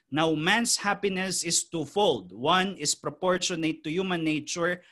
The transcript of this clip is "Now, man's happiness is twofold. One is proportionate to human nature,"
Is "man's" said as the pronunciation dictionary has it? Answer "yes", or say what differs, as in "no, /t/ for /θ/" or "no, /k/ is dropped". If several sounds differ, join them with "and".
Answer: no, /s/ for /z/